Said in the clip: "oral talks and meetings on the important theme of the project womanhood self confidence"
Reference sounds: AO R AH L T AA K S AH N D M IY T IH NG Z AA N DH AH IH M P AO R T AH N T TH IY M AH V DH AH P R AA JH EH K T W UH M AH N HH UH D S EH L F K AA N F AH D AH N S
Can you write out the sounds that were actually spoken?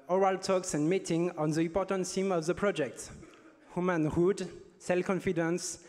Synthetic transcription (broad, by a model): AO R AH L T AA K S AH N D M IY T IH NG AA N DH AH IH M P AO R T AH N T S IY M AH V DH AH P R AA JH EH K T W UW M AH N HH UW D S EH L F K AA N F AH D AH N S